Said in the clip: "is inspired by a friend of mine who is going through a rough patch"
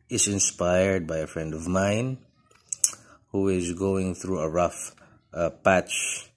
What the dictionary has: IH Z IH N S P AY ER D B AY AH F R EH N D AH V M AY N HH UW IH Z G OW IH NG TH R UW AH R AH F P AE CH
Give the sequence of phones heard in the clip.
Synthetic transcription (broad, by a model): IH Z IH N S P AY ER D B AY AH F R EH N D AH V M AY N HH UW IH Z G OW IH NG TH R UW AH R AH F P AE CH